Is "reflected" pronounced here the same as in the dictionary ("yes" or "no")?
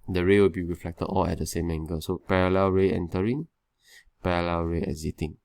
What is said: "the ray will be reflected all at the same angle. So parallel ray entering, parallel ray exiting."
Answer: yes